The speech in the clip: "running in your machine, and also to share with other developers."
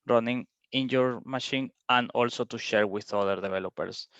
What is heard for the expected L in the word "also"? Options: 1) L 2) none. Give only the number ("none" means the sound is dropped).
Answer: 1